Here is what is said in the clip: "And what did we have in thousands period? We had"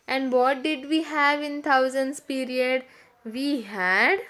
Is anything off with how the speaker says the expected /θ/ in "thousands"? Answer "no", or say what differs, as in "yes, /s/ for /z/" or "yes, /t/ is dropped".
yes, /t/ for /θ/